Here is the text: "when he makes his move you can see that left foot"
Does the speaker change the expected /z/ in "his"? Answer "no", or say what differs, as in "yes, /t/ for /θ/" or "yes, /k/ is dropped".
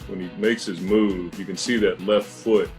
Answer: no